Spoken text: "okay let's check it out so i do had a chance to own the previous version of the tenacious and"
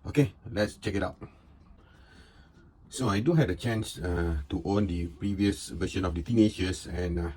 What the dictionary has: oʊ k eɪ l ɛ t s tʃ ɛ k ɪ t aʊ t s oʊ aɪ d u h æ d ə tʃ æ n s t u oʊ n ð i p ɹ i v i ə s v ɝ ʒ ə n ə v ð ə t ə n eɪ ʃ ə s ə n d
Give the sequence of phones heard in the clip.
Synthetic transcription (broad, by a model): oʊ k eɪ l ɛ t s tʃ ɛ k ɪ t aʊ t s oʊ aɪ d u h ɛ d ə tʃ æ n s t u oʊ n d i p ɹ i v i ə s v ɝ ʃ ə n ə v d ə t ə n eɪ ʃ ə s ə n